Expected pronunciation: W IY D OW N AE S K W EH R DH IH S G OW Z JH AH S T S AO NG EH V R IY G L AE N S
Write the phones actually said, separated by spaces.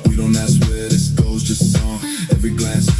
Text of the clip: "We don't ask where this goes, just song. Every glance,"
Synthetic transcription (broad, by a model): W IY D OW N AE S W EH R DH IH S G OW Z JH AH S T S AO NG EH V R IY G L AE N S